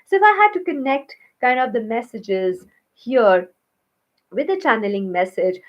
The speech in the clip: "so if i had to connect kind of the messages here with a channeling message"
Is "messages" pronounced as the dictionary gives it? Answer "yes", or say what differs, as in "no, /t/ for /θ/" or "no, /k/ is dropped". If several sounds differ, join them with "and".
yes